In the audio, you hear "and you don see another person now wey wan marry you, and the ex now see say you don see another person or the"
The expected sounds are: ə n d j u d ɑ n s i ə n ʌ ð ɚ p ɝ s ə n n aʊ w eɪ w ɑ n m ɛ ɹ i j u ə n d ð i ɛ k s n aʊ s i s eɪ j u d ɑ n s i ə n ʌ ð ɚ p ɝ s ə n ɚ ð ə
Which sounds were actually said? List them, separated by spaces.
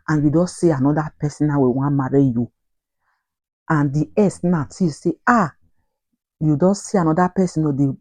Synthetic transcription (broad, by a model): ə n j u d ɑ n s i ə n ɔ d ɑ p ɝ s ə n n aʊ w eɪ w ɑ n m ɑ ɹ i j u ə n d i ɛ s n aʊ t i s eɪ j u d ɑ n s i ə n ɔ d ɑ p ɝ s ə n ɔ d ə